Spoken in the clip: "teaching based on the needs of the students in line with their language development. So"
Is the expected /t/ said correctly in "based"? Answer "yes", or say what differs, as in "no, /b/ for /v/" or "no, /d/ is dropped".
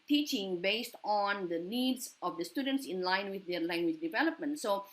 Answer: yes